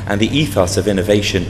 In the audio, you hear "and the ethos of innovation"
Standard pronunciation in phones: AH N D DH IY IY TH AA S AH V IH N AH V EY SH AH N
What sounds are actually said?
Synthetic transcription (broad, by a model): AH N DH IY IY TH AA S AH V IH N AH V EY SH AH N